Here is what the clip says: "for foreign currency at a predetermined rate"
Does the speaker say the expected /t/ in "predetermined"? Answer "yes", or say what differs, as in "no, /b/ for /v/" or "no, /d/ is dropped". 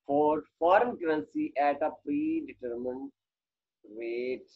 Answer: yes